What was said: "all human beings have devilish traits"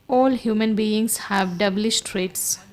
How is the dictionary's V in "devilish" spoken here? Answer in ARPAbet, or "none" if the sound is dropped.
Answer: B